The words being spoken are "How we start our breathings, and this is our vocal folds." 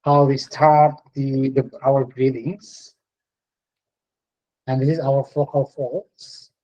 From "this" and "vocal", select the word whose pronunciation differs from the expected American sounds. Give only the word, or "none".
vocal